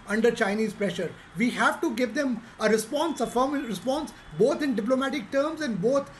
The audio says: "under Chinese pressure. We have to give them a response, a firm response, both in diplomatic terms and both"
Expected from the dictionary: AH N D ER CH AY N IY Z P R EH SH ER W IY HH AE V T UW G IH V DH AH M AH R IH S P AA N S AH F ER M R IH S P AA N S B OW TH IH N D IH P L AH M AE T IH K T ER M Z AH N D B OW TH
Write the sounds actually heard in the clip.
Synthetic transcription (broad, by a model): AH N D ER CH AY N IY Z P R EH SH ER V IY HH AE V T UW G IH V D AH M AH R IH S P AA N S AH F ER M R IH S P AA N S B OW T IH N D IH P L AH M AE T IH K T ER M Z AH N D B OW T